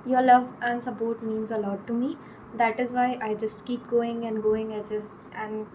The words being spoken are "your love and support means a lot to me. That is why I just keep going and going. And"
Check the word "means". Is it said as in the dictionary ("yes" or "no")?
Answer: yes